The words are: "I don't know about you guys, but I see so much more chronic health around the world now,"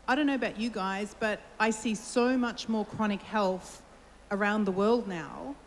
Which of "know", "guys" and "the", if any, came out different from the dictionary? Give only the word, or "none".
none